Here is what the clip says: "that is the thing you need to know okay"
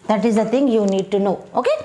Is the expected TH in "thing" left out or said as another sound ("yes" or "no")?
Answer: yes